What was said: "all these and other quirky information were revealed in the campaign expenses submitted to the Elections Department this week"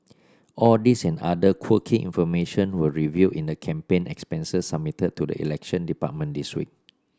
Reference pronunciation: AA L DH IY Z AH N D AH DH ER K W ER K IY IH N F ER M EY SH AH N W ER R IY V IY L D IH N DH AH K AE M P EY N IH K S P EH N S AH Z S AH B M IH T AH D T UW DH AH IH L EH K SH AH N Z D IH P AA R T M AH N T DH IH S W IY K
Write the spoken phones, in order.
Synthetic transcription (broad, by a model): AA L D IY S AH N D AH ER K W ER K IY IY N F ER M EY SH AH N W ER R IY V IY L IH N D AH K AE M P EY N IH K S P EH N S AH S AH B M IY T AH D T UW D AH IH L EH K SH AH N D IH P AA T M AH N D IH S W IY K